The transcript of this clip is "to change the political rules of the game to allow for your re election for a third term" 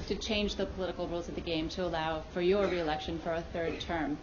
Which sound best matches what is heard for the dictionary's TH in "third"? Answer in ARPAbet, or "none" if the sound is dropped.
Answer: TH